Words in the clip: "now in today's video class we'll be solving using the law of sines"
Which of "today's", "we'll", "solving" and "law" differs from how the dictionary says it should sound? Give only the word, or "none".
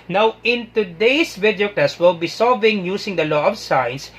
today's